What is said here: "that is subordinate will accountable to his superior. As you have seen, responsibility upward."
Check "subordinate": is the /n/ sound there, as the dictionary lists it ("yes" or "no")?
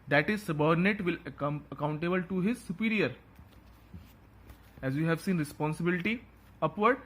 yes